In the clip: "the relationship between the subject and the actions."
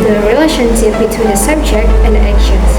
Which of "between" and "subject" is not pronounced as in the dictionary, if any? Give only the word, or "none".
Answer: none